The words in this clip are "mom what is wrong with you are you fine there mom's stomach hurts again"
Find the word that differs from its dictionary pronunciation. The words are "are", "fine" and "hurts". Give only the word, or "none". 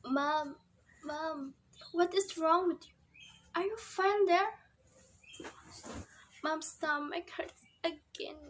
hurts